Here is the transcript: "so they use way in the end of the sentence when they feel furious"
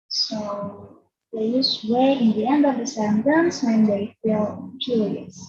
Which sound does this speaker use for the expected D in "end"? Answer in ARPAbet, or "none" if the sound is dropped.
D